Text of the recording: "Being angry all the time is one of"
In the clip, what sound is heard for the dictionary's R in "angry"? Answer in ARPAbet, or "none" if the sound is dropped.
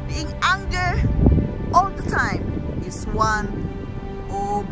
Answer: none